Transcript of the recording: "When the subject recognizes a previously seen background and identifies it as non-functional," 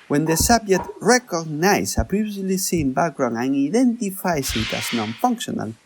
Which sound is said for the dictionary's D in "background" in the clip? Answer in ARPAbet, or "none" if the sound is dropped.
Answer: none